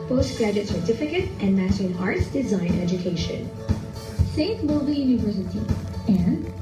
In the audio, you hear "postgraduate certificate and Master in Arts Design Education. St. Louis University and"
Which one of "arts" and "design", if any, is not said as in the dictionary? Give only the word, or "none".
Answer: none